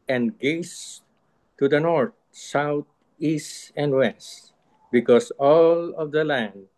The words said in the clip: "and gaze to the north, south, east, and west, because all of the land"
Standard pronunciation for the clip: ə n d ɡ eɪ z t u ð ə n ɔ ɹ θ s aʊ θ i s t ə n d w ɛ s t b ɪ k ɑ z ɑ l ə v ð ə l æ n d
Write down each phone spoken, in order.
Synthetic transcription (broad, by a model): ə n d ɡ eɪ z t u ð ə n ɔ ɹ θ s aʊ t i s t ə n d w ɛ s t b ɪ k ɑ s ɑ l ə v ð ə l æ n d